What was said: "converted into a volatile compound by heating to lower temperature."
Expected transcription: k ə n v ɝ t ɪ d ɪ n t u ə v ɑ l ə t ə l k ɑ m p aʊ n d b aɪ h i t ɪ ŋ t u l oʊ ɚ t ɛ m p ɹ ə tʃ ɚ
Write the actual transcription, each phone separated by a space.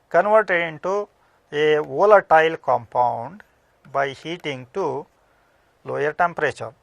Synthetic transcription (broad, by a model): k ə n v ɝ t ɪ d ɪ n t u ə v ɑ l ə t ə l k ɑ m p aʊ n d b aɪ h i t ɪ ŋ t u l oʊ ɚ t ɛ m p ɹ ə tʃ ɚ